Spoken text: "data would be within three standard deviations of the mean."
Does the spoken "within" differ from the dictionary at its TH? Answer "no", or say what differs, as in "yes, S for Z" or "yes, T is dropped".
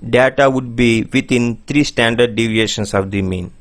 yes, T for TH